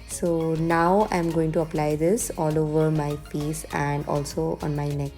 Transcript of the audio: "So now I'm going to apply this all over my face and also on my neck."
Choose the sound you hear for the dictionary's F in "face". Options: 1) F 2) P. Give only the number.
2